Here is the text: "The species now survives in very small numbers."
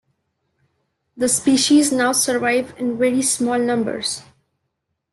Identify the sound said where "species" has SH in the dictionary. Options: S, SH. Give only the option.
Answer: SH